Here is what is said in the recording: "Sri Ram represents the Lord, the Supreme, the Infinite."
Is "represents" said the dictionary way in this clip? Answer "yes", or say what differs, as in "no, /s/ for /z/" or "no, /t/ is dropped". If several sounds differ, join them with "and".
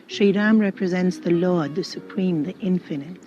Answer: yes